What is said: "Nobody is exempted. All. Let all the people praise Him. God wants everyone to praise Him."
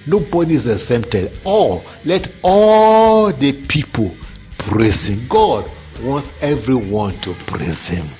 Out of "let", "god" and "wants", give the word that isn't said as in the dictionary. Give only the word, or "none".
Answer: none